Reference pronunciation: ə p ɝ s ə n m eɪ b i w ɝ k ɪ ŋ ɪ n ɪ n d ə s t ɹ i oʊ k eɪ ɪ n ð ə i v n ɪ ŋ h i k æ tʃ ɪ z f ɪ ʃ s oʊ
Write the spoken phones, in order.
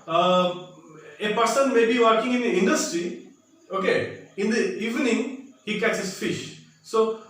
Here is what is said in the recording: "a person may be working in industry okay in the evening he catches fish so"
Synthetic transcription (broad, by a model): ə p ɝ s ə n m eɪ b i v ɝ k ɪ ŋ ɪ n ɪ n d ə s t ɹ i oʊ k eɪ ɪ n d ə i v n ɪ ŋ h i k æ s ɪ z f ɪ ʃ s oʊ